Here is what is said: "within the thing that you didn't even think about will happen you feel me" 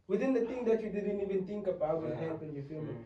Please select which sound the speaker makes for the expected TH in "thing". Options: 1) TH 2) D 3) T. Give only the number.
3